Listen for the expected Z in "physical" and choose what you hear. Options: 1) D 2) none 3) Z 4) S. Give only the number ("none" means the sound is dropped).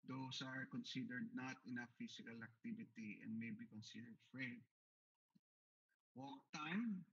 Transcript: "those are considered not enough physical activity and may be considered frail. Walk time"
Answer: 4